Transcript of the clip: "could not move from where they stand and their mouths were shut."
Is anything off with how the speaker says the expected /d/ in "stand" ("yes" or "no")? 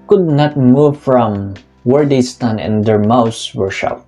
yes